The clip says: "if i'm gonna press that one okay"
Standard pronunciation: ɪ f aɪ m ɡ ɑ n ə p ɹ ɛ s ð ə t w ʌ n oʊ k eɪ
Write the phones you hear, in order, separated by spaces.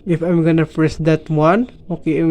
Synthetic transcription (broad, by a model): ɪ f aɪ m ɡ ɑ n ə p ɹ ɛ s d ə t w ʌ n oʊ k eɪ